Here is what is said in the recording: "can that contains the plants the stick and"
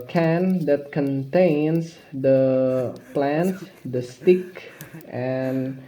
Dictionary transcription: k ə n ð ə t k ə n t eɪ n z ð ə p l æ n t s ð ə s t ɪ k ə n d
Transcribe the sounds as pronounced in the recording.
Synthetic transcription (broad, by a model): k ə n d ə t k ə n t eɪ n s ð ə p l æ n t s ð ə s t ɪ k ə n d